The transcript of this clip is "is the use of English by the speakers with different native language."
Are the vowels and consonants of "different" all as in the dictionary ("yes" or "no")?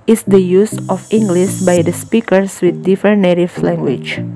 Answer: no